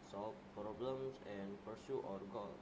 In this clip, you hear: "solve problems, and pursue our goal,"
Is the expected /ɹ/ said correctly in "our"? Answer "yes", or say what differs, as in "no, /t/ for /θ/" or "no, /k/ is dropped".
yes